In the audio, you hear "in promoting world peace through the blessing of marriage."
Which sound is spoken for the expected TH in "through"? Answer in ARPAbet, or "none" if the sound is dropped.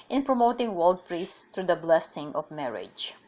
T